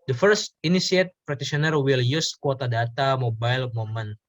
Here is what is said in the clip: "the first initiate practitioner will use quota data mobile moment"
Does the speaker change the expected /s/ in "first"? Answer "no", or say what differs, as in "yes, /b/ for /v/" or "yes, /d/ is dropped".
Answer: no